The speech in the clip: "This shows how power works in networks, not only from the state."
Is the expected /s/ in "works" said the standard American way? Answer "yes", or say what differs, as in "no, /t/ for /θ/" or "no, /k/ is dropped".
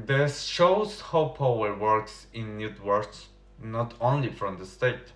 yes